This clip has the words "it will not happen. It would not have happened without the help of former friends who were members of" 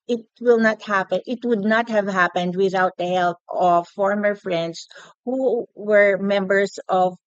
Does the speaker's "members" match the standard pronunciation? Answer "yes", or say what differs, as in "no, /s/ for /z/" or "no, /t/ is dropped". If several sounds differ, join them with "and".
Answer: no, /s/ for /z/